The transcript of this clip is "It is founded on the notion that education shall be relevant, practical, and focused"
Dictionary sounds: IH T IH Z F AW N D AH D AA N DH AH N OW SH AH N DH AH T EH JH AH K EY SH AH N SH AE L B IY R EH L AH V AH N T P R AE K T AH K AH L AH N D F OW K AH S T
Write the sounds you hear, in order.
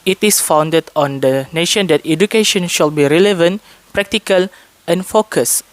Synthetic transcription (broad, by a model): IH T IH S F AW N D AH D AA N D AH N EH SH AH N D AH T EH JH AH K EY SH AH N SH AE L B IY R EH L AH V AH N T P R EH K T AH K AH L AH N F OW K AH S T